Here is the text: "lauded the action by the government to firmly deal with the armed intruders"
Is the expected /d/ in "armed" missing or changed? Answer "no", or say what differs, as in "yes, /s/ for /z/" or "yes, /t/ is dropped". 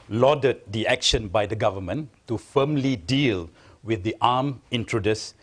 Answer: yes, /d/ is dropped